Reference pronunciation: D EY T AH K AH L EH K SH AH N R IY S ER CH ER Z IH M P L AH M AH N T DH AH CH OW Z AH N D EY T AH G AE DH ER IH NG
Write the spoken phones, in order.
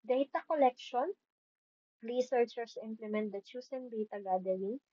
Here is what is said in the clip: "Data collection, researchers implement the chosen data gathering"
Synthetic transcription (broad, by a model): D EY T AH K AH L EH K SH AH N L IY S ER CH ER S IH M P L AH M AH N T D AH CH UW S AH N D EY T AH G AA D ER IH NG